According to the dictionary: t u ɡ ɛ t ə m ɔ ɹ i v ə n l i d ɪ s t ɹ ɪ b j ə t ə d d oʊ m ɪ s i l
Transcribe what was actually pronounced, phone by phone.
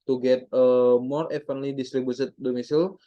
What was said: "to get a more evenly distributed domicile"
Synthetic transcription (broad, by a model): t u ɡ ɛ t ə m ɔ ɹ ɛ f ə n l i d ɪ s t ɹ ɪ b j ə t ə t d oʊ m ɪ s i l